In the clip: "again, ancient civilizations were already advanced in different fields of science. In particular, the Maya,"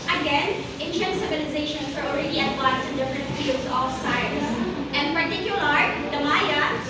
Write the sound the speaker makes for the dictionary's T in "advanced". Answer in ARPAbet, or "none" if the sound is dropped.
none